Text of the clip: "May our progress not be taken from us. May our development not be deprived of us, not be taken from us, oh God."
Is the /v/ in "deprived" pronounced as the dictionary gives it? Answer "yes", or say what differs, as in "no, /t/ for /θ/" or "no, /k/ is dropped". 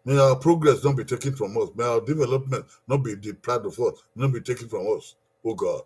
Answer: no, /v/ is dropped